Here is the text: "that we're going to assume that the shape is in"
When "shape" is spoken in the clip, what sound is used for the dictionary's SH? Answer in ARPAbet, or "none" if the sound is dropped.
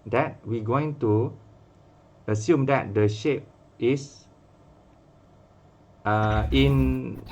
SH